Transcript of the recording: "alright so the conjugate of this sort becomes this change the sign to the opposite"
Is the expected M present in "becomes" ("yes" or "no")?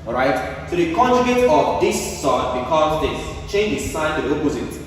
no